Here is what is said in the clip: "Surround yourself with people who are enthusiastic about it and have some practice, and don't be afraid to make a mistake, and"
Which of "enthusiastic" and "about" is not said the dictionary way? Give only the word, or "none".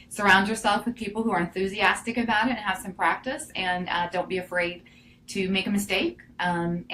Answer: none